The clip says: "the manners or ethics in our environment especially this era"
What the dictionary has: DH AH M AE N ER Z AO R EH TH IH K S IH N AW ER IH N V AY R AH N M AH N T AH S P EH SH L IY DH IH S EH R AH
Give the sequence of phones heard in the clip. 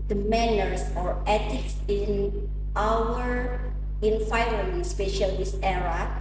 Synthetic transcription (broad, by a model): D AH M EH N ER S AO R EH T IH K S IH N AW ER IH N F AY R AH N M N S P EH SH IY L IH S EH R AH